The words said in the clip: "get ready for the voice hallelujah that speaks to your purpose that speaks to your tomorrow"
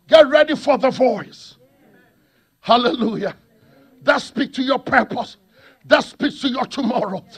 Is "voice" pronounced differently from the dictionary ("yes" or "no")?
no